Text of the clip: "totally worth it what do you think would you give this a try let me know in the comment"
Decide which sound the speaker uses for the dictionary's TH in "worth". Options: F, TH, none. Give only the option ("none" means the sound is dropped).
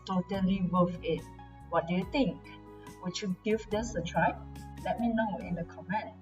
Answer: F